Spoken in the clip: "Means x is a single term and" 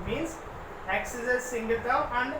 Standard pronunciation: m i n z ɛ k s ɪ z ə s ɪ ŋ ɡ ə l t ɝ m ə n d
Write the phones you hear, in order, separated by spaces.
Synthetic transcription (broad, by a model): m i n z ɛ k s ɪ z ə s ɪ ŋ ɡ ə l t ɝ ə n d